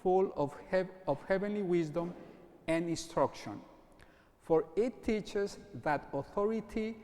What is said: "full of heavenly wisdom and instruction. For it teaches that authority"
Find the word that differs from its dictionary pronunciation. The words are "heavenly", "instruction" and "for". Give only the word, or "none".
none